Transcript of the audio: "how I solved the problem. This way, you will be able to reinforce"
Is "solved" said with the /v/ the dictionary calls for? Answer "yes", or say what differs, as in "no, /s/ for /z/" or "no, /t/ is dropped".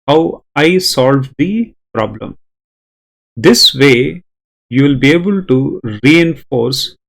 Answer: yes